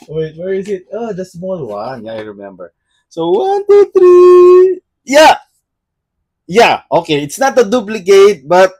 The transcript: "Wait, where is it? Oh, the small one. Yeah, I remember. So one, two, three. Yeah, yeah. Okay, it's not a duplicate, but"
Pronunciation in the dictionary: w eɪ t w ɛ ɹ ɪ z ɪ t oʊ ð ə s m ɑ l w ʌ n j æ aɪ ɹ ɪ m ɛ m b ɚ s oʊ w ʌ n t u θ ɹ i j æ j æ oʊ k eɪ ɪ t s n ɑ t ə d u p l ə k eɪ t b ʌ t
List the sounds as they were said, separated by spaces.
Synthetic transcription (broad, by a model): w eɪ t w ɛ ɹ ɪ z ɪ t oʊ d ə s m ɑ l w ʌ n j aɪ ɹ ɪ m ɛ m b ɚ s oʊ w ʌ n t u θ ɹ i j æ j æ oʊ k eɪ ɪ t s n ɑ t ə d u p l ə k eɪ t b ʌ t